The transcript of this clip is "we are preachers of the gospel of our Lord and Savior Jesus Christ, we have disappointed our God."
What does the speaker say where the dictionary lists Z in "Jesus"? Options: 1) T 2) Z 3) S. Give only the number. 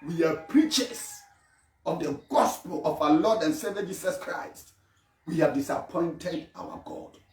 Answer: 3